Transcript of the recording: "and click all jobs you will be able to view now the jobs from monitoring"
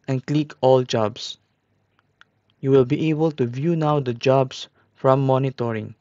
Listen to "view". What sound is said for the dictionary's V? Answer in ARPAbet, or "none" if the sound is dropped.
V